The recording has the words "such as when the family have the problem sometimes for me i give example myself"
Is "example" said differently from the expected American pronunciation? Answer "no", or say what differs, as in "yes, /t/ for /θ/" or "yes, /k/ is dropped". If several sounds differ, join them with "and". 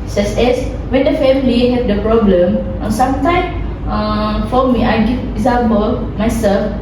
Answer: yes, /b/ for /p/